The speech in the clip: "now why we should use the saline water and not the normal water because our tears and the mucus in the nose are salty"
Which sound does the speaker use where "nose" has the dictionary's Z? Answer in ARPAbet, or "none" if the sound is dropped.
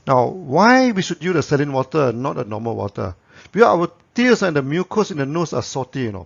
S